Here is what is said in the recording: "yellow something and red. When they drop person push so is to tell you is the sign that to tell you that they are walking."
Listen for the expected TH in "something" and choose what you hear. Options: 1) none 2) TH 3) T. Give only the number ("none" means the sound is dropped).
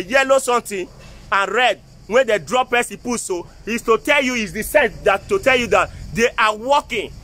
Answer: 3